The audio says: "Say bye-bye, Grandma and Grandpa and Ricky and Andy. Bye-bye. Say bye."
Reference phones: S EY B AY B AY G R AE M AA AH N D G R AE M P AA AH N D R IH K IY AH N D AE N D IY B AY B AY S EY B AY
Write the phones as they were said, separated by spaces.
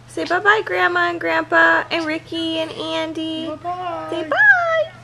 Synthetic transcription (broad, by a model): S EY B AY B AY G R AE M AA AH N G R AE M P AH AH N R IH K IY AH N AE N D IY S EY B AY